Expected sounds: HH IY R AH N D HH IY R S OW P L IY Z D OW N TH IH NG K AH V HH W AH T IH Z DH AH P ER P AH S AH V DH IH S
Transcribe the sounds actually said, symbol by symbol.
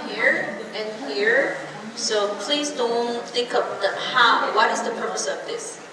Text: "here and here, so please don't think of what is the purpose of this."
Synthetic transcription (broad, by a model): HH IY R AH N HH IY R S OW P L IY Z D OW N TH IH K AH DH HH W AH T IH Z DH AH P ER P AH S AH V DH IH S